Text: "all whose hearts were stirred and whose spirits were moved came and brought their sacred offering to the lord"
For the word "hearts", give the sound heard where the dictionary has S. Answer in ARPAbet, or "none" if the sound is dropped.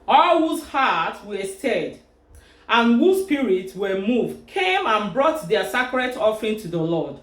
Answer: none